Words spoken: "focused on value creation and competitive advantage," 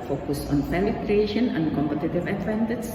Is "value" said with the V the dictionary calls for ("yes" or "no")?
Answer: no